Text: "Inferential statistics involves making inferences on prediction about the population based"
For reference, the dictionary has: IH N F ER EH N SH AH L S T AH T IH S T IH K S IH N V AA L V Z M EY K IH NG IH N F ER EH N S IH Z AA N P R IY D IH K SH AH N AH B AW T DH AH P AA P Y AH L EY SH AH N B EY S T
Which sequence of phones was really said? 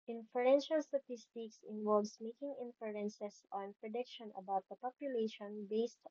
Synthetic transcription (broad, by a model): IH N F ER EH N SH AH L S T AH T IH S T IH K S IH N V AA L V S M EY K IH NG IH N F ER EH N S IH S AA N P R IY D IH K SH AH N AH B AW T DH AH P AA P Y AH L EY SH AH N B EY S T